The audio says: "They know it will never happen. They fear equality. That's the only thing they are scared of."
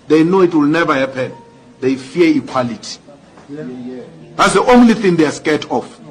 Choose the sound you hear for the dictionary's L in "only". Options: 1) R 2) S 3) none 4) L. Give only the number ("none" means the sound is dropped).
4